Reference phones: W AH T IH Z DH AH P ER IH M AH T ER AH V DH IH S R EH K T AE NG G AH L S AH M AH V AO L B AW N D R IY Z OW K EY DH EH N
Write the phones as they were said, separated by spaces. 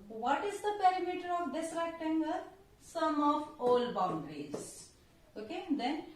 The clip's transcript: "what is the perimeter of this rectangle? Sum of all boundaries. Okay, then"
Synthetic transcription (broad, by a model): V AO T IH Z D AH P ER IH M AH T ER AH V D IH S R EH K T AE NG G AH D S AH M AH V AO L B AW N D R IY Z OW K EY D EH N